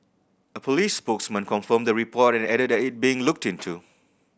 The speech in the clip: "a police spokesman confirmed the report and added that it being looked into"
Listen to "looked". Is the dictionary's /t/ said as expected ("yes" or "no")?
yes